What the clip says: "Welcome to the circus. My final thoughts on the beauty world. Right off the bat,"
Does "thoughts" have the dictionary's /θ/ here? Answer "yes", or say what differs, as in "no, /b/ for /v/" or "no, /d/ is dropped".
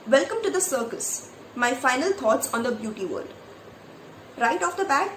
no, /t/ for /θ/